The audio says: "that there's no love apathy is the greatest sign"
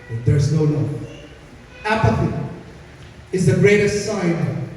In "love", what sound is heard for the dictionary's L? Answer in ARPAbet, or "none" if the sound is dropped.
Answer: N